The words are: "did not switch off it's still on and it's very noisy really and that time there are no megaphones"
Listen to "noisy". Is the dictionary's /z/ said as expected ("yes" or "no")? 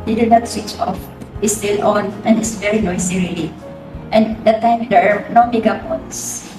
no